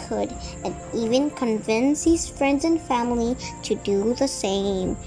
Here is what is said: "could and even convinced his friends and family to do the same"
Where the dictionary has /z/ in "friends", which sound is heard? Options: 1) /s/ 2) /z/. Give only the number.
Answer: 2